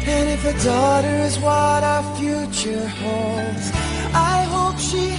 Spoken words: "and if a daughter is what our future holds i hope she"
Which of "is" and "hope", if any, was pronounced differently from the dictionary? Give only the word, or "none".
none